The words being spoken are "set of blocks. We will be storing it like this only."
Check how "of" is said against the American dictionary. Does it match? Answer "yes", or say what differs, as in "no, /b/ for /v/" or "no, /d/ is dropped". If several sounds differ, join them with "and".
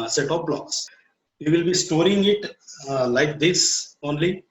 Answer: no, /p/ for /v/